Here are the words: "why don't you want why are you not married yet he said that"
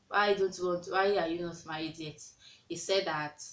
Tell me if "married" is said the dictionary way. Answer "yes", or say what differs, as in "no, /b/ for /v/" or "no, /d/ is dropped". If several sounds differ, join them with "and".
no, /ɹ/ is dropped